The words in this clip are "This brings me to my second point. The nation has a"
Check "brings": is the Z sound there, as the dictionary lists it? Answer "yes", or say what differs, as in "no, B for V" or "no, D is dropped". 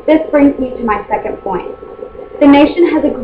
yes